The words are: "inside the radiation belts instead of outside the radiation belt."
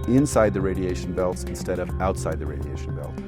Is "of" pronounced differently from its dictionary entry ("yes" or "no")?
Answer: no